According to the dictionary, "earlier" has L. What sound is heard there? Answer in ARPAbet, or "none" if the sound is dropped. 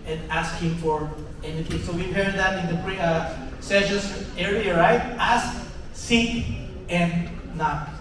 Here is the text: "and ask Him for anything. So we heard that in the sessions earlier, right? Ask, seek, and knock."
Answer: none